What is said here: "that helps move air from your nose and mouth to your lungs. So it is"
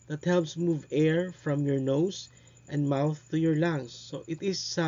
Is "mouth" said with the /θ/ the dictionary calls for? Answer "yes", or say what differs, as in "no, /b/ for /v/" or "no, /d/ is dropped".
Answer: yes